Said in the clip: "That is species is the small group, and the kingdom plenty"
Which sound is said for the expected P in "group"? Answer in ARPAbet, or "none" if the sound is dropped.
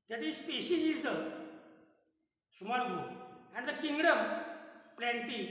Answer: none